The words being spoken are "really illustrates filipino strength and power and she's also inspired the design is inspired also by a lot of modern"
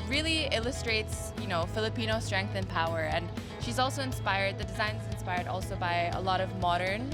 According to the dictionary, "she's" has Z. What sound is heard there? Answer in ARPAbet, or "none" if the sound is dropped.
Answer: Z